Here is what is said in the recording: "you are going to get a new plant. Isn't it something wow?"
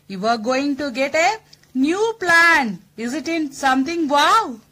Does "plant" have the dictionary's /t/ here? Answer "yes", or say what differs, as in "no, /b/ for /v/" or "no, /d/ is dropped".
no, /t/ is dropped